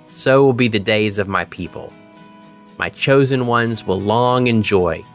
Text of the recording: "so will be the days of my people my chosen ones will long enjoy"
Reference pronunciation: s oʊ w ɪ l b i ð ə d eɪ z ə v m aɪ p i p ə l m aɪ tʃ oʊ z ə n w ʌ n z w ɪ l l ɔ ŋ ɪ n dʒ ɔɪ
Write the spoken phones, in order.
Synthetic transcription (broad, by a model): s oʊ w ɪ l b i ð ə d eɪ z ə v m aɪ p i p ə l m aɪ tʃ oʊ z ə n w ʌ n z w ɪ l l ɔ ŋ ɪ n dʒ ɔɪ